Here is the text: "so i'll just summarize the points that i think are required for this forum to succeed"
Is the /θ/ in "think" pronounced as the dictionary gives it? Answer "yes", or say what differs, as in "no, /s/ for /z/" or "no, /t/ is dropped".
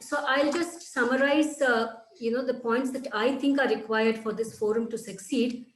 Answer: no, /t/ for /θ/